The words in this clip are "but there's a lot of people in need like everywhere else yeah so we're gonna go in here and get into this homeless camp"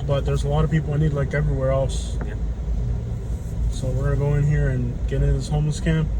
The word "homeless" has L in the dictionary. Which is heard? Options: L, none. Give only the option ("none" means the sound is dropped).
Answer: L